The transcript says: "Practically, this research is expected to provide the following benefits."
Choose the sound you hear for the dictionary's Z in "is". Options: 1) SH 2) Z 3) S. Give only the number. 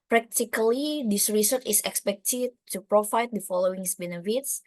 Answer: 3